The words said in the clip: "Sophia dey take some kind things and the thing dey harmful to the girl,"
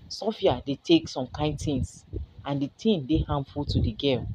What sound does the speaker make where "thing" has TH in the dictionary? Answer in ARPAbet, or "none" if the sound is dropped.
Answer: T